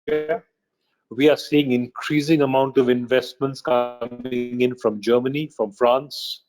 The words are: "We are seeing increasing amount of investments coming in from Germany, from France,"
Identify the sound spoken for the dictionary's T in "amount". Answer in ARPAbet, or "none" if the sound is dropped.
T